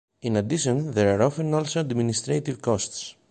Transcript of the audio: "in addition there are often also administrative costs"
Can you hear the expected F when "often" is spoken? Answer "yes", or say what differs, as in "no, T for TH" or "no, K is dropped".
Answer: yes